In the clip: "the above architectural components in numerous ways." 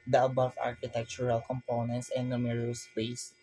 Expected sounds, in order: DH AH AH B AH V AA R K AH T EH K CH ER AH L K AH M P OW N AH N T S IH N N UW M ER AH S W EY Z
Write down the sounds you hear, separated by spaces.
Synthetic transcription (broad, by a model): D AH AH B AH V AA R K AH T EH K CH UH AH L K AH M P OW N AH N T S IH N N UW M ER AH S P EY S